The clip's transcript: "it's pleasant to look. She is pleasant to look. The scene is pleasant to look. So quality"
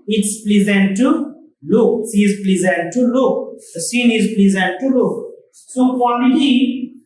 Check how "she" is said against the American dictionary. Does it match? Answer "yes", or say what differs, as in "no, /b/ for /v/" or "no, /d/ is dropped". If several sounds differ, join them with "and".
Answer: no, /s/ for /ʃ/